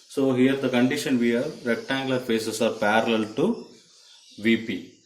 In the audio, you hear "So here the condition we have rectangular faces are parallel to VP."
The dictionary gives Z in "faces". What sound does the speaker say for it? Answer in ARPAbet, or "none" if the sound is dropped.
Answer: S